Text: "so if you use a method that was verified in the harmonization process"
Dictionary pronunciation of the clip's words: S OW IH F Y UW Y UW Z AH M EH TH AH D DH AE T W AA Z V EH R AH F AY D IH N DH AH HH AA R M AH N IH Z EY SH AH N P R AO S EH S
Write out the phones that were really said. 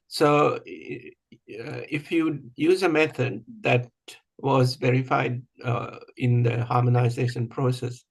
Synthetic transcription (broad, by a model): S OW IH F Y UW Y UW Z AH M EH T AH D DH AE T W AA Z V EH R AH F AY D IH N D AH HH AA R M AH N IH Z EY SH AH N P R AO S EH S